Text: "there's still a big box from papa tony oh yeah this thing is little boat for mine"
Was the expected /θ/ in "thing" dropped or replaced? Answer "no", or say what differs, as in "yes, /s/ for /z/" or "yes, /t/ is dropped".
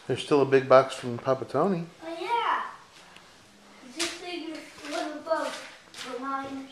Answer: yes, /s/ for /θ/